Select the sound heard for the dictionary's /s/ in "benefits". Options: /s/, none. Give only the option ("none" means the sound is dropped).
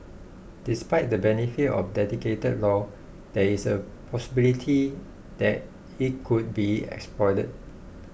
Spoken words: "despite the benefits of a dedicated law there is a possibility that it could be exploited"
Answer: none